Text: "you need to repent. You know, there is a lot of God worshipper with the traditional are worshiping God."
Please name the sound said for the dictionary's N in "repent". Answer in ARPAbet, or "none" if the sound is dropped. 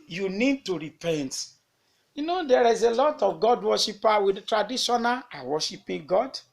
N